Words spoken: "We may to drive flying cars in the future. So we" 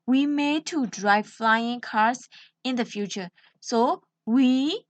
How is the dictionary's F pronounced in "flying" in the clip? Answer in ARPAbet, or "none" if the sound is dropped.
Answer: F